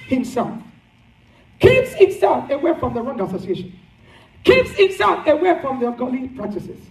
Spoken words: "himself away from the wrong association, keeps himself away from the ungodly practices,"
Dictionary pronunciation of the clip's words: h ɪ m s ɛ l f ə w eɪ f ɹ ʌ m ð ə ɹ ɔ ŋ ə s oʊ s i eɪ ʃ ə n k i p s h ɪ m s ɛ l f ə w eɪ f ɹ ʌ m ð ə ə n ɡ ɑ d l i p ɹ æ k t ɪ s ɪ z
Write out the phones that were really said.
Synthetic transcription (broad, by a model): h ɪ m s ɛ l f ə w eɪ f ɹ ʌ m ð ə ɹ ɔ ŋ ə s oʊ s i eɪ ʃ ə n k i p s h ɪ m s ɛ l f ə w eɪ f ɹ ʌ m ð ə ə ɡ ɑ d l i p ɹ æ k t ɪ s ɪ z